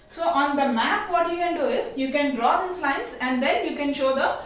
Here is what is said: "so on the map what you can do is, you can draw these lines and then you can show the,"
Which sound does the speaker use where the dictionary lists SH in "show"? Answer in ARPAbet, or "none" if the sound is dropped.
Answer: SH